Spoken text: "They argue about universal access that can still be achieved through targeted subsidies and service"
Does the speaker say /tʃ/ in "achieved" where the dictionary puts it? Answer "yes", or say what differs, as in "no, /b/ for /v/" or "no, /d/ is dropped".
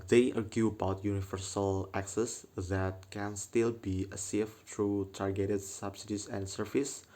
no, /s/ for /tʃ/